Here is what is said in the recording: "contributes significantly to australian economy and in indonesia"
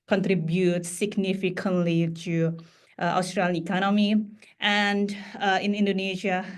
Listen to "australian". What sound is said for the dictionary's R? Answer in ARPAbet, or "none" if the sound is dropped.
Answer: R